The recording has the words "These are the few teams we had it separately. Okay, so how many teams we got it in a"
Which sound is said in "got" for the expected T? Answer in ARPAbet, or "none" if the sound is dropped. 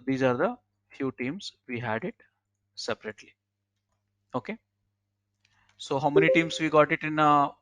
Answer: T